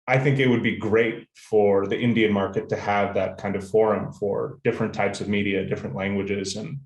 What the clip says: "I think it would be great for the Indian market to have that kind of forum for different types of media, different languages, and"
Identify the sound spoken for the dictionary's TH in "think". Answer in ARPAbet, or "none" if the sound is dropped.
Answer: TH